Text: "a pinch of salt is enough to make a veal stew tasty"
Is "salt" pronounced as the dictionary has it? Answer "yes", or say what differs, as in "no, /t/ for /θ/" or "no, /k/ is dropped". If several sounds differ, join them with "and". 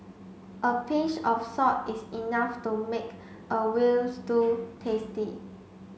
no, /l/ is dropped